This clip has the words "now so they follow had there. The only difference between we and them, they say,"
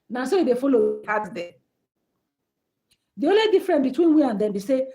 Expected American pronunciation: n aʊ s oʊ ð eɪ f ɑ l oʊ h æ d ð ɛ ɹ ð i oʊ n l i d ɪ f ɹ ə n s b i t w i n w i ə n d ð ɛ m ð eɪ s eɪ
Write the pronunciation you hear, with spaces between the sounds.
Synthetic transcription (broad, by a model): n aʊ s oʊ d eɪ f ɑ l oʊ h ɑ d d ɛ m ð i oʊ n l i d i f ɹ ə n b i t w i n w i ə n d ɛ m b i s eɪ